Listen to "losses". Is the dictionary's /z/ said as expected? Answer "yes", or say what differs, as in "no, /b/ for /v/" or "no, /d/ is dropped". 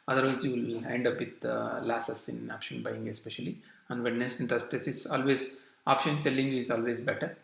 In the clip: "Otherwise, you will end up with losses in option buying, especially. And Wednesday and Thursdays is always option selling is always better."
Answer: no, /s/ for /z/